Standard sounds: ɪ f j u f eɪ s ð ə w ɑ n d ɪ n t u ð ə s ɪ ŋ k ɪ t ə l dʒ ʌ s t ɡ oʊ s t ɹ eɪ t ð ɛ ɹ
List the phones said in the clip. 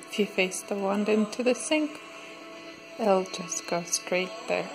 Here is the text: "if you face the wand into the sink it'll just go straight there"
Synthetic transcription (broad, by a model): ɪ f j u f eɪ s ð ə w ɑ n d ɪ n t u ð ə s ɪ ŋ k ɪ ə l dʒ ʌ s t ɡ oʊ s t ɹ eɪ t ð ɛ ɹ